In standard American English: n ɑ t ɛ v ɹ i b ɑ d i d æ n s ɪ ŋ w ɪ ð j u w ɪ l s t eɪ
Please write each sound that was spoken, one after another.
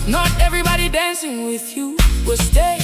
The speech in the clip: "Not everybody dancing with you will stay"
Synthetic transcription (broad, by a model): n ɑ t ɛ v ɹ i b ɑ d i d æ n s ɪ ŋ w ɪ ð j u w ɪ l s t eɪ